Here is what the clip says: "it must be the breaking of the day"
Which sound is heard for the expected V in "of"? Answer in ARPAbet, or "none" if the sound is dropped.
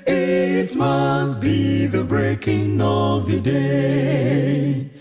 V